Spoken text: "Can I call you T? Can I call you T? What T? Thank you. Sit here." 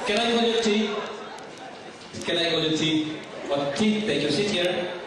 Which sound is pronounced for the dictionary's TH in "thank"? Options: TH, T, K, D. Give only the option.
T